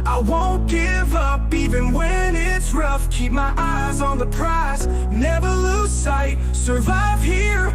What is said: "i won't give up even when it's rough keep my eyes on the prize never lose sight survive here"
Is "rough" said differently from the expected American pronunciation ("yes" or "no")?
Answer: no